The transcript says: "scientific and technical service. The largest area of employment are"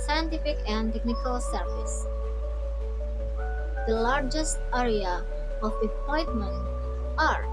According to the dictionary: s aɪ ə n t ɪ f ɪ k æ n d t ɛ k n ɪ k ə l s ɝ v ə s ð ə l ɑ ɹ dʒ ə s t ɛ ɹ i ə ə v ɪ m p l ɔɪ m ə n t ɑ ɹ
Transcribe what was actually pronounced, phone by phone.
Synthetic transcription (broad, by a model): s aɪ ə n t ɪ f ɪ k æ n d t ɛ k n ɪ k ə l s ɝ v ə s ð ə l ɑ ɹ dʒ ə s t ɛ ɹ i ə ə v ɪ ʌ p ɔɪ m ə n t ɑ ɹ